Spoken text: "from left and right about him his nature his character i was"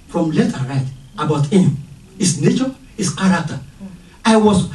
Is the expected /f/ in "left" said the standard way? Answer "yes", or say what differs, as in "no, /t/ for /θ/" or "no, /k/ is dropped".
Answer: no, /f/ is dropped